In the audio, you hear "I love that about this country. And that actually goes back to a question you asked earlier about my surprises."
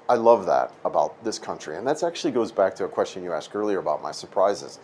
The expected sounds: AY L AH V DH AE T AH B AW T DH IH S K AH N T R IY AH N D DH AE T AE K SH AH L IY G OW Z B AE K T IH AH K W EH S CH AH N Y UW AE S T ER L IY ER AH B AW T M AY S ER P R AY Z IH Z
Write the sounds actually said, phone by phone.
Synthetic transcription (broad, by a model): AY L AH V DH AE T AH B AW T DH IH S K AH N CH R IY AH N DH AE T AE K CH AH L IY G OW Z B AE K T IH AH K W EH S CH AH N Y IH AE S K ER L IY ER AH B AW T M AY S ER P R AY Z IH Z